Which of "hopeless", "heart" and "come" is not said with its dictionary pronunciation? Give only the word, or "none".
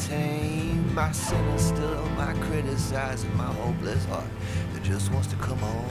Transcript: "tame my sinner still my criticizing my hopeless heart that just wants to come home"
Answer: hopeless